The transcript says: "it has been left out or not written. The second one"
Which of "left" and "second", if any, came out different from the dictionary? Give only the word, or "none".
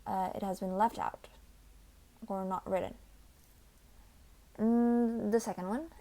none